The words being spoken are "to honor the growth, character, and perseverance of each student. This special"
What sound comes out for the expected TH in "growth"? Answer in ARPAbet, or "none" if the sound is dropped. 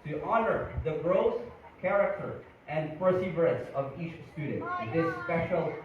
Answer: S